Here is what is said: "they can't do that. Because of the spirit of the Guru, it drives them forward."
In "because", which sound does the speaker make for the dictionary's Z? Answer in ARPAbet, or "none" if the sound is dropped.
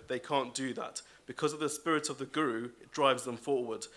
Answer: Z